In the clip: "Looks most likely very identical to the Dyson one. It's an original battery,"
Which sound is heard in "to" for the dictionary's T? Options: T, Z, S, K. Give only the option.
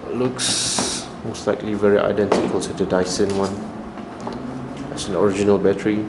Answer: S